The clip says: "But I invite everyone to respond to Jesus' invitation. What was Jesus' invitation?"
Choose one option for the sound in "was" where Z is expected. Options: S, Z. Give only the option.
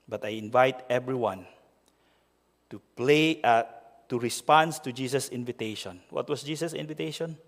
S